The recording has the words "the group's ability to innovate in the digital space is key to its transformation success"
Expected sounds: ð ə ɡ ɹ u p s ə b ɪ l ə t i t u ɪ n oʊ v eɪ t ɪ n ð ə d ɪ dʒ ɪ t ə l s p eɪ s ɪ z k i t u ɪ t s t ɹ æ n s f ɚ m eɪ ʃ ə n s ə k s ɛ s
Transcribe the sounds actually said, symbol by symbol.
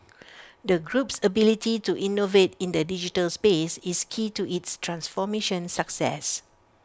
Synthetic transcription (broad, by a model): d ə ɡ ɹ u p s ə b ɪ l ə t i t u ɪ n oʊ v eɪ t ɪ n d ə d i dʒ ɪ t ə l s p eɪ s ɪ s k i t u ɪ t s t ɹ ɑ n s f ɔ m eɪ ʃ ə n s ə k s ɛ s